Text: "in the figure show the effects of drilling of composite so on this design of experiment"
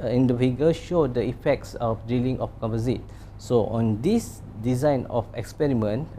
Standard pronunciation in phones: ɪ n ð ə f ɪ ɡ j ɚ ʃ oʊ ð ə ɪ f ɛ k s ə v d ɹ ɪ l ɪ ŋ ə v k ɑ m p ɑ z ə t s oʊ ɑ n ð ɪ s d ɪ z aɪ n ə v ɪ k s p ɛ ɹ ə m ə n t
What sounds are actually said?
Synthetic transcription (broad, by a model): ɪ n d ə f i ɡ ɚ ʃ oʊ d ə ɪ f ɛ k s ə f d i l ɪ ŋ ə f k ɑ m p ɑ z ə t s oʊ ɑ n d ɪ s d ɪ z aɪ n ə f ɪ k s p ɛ ɹ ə m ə n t